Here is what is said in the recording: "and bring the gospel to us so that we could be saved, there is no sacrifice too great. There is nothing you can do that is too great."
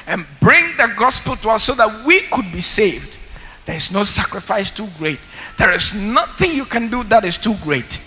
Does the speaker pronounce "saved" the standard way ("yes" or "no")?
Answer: yes